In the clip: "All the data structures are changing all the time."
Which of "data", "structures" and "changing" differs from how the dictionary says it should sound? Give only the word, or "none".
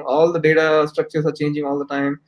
structures